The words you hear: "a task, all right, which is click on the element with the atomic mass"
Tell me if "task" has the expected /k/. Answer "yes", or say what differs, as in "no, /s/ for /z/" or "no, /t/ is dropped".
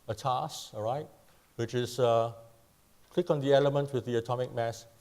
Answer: no, /k/ is dropped